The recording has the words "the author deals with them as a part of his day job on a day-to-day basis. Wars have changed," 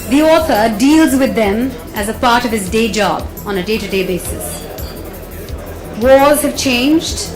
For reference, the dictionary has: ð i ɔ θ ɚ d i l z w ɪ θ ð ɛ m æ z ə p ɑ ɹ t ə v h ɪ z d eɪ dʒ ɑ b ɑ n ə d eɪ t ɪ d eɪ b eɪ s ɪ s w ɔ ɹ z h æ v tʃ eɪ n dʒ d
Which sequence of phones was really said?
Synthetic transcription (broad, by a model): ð i ɔ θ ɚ d i l z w ɪ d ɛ m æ z ə p ɑ ɹ t ə v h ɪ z d eɪ dʒ ɑ b ɑ n ə d eɪ t ɪ d eɪ b eɪ s ɪ s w ɔ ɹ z h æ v tʃ eɪ n dʒ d